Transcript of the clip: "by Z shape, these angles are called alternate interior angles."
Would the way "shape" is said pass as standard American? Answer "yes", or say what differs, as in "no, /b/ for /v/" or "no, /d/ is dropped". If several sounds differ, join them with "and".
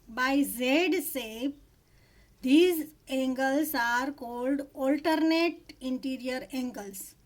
no, /s/ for /ʃ/